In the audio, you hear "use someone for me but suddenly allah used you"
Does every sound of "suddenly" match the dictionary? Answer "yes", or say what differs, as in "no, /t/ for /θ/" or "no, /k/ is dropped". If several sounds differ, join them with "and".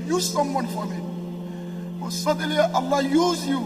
no, /n/ is dropped